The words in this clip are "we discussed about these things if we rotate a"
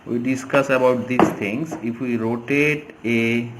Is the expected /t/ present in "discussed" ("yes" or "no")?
no